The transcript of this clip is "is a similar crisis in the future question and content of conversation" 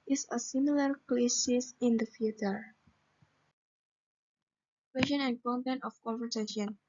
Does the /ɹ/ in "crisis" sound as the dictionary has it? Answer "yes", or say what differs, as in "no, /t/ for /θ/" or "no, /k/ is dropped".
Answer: no, /l/ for /ɹ/